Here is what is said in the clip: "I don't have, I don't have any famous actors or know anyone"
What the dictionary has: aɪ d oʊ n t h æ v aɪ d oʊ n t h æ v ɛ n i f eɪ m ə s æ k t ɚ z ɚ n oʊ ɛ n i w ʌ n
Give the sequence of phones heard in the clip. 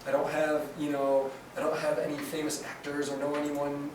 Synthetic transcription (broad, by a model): aɪ d oʊ n t h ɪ v aɪ d oʊ n t h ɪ v ɛ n i f eɪ m ə s æ k t ɚ z ɚ n oʊ ɛ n i w ʌ n